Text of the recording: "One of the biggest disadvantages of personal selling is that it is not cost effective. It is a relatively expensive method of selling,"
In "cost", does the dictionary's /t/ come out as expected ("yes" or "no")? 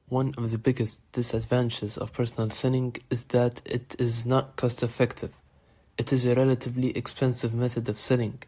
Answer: yes